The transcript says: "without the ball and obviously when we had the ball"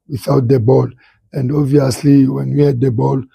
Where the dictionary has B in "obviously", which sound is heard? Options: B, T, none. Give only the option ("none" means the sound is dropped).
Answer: none